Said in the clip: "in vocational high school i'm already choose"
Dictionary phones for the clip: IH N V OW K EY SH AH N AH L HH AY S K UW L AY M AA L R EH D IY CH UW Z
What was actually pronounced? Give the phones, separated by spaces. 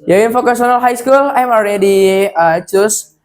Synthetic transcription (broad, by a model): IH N F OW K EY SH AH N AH L HH AY S K UW L AY M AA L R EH D IY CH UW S